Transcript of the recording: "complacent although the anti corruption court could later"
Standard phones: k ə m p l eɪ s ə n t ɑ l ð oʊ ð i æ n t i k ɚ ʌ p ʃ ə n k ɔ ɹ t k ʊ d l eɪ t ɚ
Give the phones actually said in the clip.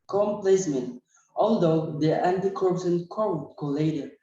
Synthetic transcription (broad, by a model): k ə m p l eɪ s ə n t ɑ l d oʊ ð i æ n t i k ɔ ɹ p s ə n k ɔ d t k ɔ l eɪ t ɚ